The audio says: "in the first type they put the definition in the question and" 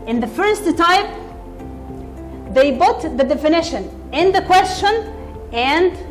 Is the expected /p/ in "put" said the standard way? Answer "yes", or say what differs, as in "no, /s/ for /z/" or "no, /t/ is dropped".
no, /b/ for /p/